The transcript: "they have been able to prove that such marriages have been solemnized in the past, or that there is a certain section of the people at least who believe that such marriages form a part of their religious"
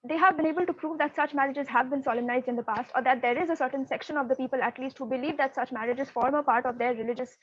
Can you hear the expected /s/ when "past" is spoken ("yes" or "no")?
yes